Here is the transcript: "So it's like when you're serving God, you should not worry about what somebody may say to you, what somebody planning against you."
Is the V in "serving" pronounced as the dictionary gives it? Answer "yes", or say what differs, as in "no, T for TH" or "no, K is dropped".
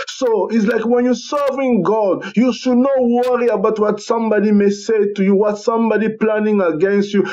yes